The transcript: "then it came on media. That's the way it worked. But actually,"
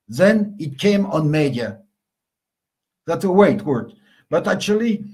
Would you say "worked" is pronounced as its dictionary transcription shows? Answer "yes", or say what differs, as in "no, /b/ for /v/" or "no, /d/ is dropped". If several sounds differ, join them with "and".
no, /k/ is dropped